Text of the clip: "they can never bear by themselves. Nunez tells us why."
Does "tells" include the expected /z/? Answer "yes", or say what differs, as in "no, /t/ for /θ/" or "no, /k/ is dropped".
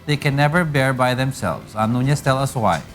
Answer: no, /z/ is dropped